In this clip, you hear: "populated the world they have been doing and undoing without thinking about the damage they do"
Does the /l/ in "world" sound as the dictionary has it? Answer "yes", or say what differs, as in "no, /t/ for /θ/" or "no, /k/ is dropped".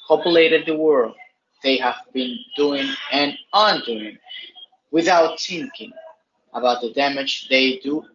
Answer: yes